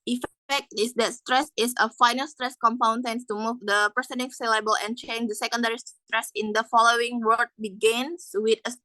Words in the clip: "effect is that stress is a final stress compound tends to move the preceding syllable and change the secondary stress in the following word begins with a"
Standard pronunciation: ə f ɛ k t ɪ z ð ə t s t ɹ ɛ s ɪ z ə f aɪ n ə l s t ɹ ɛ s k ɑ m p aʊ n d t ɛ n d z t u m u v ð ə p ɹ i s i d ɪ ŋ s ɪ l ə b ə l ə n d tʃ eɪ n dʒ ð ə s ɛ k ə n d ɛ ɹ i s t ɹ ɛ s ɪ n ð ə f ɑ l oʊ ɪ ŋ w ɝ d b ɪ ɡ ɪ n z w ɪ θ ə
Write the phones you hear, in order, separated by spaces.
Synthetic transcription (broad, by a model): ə f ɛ k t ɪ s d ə t s t ɹ ɛ s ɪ s ə f aɪ n ə l s t ɹ ɛ s k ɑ m p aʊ n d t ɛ n t u m u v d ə p i s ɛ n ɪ s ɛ l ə b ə l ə n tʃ eɪ n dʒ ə s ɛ k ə n d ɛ ɹ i s t ɹ ɛ s ɪ n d ə f ɑ l oʊ ɪ ŋ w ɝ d b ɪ ɡ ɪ n s w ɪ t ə